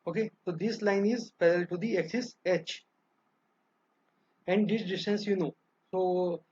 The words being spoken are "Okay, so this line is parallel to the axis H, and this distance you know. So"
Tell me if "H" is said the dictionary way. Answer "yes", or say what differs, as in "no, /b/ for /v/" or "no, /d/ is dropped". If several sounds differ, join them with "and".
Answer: yes